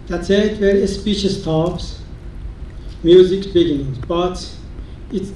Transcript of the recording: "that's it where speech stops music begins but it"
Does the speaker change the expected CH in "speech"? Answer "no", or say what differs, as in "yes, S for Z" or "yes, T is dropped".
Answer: yes, SH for CH